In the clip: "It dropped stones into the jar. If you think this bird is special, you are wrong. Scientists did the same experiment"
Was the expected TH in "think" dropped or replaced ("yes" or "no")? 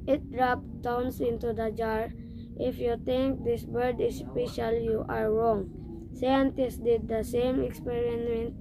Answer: yes